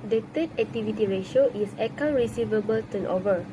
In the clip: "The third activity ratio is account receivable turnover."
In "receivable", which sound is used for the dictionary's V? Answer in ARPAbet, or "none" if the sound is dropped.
V